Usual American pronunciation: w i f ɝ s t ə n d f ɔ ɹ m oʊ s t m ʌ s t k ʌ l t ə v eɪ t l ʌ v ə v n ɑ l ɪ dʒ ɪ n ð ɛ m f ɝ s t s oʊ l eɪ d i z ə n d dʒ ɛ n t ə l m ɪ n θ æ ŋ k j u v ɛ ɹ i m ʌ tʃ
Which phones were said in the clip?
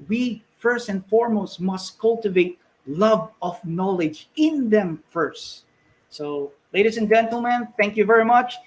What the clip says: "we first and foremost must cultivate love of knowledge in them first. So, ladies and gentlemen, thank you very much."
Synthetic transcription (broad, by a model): w i f ɝ s t ə n d f ɔ ɹ m oʊ s t m ʌ s t k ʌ l t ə v eɪ t l ʌ v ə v n ɑ l ɪ dʒ ɪ n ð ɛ m f ɝ s t s oʊ l eɪ d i s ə n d dʒ ɛ n t ə l m ɪ n θ æ ŋ k j u v ɛ ɹ i m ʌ tʃ